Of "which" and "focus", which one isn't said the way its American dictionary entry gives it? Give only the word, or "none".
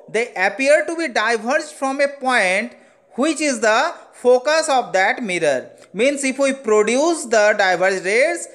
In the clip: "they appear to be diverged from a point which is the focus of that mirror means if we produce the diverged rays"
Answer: none